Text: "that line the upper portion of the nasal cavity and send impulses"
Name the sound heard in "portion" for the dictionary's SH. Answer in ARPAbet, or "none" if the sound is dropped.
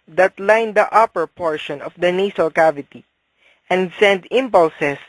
SH